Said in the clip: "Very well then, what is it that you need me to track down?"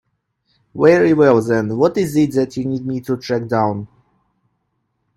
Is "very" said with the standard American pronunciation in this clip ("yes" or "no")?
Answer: no